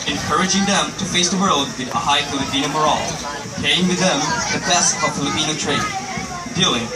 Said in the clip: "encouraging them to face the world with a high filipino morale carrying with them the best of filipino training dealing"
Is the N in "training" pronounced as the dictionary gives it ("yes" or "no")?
no